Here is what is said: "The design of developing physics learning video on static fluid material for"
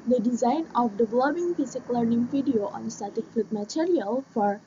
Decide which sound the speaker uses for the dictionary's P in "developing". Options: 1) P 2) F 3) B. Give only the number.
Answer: 3